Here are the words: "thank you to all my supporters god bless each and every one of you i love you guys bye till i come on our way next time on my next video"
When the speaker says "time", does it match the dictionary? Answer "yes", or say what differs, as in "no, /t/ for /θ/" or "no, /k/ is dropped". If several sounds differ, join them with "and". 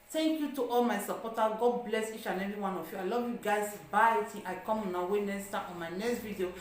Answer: no, /m/ is dropped